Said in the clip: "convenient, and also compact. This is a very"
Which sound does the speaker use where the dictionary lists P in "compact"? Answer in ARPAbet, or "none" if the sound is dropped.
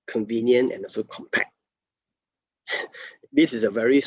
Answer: P